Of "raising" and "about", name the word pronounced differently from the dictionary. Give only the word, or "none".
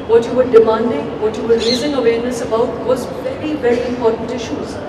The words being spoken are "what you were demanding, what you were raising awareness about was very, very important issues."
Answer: raising